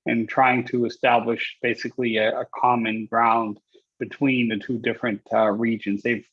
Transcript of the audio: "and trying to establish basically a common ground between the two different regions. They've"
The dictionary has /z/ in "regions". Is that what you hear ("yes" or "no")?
yes